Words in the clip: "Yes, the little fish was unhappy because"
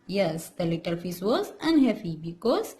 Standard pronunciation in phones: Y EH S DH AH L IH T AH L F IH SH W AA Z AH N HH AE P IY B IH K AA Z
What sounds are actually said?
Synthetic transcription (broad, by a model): Y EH S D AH L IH T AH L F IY S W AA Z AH N HH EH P IY B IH K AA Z